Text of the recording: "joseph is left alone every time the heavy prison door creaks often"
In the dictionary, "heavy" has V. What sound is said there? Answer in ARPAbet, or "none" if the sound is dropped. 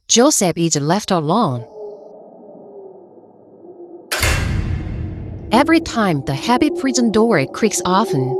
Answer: P